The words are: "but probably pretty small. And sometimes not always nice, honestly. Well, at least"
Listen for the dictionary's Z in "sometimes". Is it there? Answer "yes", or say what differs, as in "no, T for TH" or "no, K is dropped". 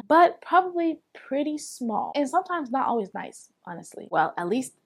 yes